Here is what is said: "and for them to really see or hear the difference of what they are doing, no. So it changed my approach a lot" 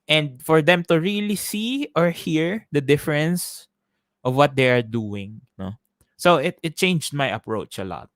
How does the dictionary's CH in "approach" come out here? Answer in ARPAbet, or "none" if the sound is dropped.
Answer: CH